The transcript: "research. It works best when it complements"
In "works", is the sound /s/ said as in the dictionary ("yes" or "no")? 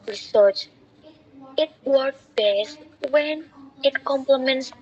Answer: no